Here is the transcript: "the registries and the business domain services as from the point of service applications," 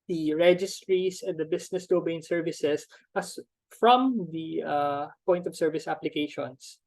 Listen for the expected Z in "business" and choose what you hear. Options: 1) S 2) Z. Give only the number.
1